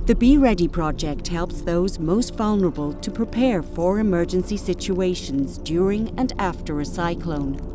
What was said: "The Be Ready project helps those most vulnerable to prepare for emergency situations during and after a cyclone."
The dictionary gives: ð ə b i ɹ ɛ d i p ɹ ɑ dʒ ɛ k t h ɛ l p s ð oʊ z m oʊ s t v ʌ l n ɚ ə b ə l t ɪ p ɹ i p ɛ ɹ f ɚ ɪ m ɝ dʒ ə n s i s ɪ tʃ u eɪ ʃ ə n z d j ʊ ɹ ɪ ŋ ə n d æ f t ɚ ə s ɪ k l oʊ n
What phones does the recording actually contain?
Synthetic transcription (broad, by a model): ð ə b i ɹ ɛ d i p ɹ ɑ dʒ ɛ k t h ɛ l p s ð oʊ z m oʊ s t v ʌ l n ɚ ə b ə l t ɪ p ɹ i p ɛ ɹ f ɚ ɪ m ɝ dʒ ə n s i s ɪ tʃ u eɪ ʃ ə n z d j ʊ ɹ ɪ ŋ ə n æ f t ɚ ə s ɪ k l oʊ n